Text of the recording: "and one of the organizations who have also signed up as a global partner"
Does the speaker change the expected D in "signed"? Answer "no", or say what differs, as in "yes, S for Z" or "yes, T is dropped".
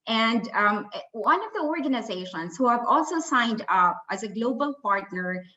no